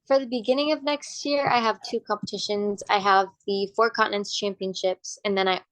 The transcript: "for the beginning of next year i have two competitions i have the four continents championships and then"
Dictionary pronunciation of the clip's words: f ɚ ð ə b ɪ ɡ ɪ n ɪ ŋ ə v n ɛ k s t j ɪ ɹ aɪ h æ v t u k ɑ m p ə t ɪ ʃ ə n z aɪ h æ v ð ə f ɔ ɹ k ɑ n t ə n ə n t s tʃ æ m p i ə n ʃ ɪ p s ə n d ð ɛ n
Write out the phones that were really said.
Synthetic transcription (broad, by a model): f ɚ ð ə b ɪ ɡ ɪ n ɪ ŋ ə v n ɛ k s t j ɪ ɹ aɪ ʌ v t u k ɑ m p ə t ɪ ʃ ə n z aɪ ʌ v ð ə f ɔ ɹ k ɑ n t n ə n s tʃ æ m p i ə n ʃ ɪ p s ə n ð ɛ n